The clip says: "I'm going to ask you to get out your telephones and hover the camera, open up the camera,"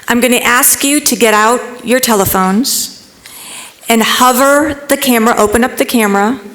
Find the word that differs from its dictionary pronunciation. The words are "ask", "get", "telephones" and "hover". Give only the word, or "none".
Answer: none